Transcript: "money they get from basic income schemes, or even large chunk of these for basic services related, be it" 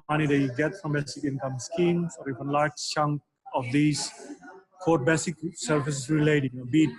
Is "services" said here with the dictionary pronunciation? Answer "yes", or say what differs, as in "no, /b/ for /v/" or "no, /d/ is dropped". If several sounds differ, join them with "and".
no, /f/ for /v/